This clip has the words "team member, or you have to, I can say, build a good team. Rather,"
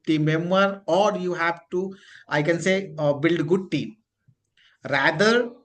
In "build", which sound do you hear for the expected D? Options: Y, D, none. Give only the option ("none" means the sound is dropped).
D